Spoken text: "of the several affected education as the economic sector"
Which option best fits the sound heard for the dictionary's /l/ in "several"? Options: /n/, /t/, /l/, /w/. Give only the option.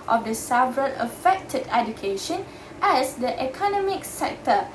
/n/